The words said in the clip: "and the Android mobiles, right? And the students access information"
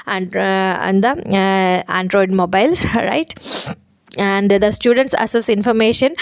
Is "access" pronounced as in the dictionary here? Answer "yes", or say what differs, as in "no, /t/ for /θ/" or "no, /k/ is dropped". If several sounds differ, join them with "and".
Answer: no, /k/ is dropped